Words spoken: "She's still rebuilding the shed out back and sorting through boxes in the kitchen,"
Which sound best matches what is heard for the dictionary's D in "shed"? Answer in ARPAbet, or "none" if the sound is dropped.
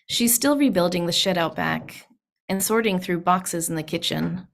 D